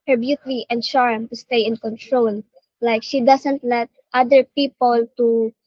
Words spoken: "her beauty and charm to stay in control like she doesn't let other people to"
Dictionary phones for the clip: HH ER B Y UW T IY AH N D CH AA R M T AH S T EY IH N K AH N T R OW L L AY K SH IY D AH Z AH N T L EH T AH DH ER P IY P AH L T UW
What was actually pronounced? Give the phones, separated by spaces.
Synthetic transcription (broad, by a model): HH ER B Y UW T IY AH N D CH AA R M T AH S T EY IH N K AH N T R OW L L AY K SH IY D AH S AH N T L EH T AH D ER P IY P AH L T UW